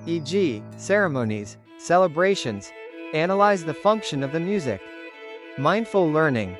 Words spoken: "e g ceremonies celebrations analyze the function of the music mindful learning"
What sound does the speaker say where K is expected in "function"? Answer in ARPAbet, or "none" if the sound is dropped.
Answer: K